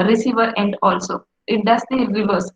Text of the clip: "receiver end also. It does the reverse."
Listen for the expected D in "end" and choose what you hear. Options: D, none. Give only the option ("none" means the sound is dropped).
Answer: D